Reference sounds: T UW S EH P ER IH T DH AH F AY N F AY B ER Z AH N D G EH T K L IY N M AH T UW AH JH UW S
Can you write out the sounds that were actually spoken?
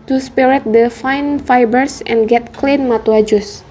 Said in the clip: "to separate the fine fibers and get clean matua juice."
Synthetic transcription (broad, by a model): T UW S P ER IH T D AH F AY N F AY B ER S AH N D G EH T K L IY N M AH T UW AH JH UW S